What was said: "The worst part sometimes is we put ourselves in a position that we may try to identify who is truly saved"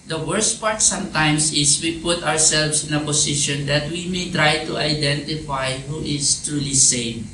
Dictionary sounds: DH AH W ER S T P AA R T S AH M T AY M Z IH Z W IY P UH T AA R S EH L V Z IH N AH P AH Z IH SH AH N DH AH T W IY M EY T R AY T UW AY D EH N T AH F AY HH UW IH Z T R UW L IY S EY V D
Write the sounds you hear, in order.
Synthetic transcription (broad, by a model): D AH W ER S T P AA R T S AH M T AY M S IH S W IY P UH T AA R S EH L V S IH N AH P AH S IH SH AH N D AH T W IY M EY T R AY T UW AY D EH N T AH F AY HH UW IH S T R UW L IY S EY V